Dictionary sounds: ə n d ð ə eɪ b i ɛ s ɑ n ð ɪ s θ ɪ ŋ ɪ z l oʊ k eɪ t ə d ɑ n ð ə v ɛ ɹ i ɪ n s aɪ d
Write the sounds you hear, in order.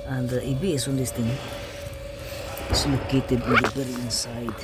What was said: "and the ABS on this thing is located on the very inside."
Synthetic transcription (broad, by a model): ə n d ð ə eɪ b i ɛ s ɑ n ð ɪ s t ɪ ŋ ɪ s l oʊ k eɪ t ə d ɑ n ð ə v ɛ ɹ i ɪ n s aɪ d